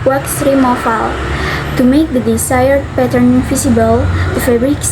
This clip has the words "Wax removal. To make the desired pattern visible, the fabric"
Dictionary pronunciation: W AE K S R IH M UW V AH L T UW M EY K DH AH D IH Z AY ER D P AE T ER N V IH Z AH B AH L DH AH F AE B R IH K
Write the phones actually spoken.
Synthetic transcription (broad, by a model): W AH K S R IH M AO F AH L T UW M EY K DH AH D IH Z AY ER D P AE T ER N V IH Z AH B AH L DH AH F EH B R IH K